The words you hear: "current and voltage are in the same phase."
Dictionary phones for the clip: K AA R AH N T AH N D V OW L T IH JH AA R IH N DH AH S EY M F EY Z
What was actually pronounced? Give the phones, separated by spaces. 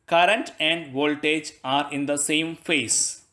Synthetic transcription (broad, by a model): K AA R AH N T AH N D V OW L T IH JH AA R IH N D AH S EY M F EY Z